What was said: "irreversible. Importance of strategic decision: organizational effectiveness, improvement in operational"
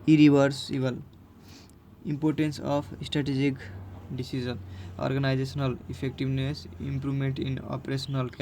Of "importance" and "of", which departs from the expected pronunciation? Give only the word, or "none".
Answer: of